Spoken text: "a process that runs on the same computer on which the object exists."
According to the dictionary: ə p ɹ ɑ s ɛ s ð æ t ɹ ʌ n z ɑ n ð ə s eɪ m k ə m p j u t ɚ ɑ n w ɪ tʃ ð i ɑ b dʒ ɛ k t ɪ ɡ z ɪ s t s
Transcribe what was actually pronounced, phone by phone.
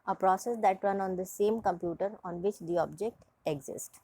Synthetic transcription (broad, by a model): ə p ɹ ɑ s ɛ s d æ t ɹ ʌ n ɑ n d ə s eɪ m k ə m p j u t ɚ ɑ n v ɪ tʃ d i ɑ b dʒ ɛ k t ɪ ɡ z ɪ s t